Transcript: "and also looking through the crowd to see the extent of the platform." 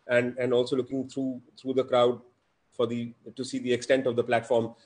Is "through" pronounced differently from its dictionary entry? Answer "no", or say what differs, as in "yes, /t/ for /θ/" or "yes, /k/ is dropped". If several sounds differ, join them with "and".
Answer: yes, /t/ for /θ/